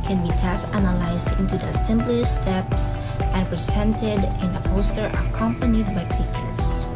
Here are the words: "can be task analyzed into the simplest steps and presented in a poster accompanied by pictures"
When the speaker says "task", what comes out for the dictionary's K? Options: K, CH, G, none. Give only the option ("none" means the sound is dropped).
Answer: none